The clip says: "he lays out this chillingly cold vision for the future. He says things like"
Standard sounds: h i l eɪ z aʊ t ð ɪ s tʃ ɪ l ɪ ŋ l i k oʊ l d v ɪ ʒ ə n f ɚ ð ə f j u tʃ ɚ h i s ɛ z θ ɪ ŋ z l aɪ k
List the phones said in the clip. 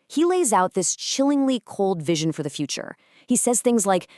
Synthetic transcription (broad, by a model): h i l eɪ z aʊ t ð ɪ s tʃ ɪ l ɪ ŋ l i k oʊ l d v ɪ ʒ ə n f ɚ ð ə f j u tʃ ɚ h i s ɛ z θ ɪ ŋ z l aɪ k